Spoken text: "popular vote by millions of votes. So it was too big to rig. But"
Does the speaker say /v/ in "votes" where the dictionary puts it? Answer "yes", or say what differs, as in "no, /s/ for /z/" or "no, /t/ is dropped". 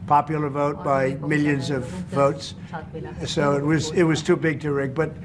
yes